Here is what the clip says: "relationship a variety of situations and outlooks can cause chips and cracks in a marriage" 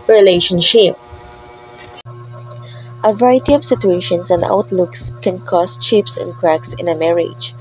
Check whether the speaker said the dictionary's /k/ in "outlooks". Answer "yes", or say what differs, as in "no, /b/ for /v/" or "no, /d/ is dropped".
yes